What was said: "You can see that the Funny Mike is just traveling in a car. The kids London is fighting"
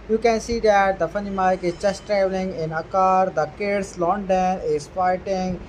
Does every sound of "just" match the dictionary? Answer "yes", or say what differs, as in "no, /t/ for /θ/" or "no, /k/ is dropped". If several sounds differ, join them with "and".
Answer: no, /tʃ/ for /dʒ/